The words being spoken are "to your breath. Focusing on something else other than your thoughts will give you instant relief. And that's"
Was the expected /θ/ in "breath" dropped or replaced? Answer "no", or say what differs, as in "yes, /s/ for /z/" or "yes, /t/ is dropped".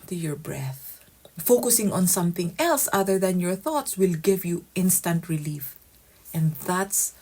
no